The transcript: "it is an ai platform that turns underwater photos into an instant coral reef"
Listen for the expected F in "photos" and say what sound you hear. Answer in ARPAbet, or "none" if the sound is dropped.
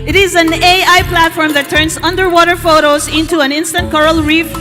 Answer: F